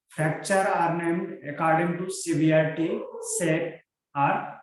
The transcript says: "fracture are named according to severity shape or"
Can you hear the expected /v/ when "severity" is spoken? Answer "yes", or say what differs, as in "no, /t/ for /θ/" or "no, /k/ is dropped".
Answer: no, /b/ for /v/